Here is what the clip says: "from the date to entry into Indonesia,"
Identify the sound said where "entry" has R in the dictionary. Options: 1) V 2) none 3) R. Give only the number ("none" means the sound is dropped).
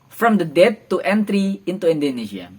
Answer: 3